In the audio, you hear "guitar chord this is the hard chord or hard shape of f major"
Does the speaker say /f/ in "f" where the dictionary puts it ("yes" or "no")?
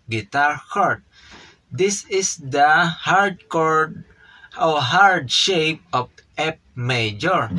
no